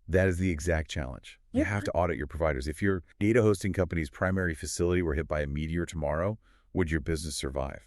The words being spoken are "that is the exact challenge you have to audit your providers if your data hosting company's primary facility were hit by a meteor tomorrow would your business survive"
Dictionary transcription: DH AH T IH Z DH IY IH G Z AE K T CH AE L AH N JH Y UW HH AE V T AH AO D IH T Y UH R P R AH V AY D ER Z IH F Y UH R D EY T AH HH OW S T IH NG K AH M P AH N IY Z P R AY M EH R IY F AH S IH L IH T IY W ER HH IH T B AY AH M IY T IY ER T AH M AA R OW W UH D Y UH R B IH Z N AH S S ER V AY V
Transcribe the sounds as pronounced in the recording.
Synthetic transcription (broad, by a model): DH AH T IH Z DH IY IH G Z AE K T CH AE L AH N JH Y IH HH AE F T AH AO D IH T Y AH R P R AH V AY D ER Z IH F Y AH R D EY T AH HH OW S T IH NG K AH M P AH N IY Z P R AY M EH R IY F AH S IH L IH T IY W ER HH IH T B AY AH M IY T IY ER T AH M AA R OW W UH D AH R B IH Z N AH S S ER V AY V